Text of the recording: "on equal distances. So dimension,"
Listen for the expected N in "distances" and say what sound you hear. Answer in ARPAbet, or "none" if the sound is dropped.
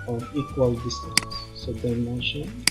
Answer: none